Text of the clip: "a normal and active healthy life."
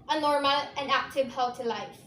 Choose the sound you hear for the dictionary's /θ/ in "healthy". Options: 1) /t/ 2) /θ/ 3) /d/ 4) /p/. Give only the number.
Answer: 1